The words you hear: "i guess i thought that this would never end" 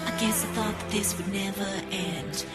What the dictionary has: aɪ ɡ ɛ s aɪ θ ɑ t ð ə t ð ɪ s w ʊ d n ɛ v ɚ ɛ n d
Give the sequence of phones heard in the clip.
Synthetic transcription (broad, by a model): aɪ ɡ ɛ s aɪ θ ɑ t ð ə t ð ɪ s w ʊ d n ɛ v ɚ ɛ n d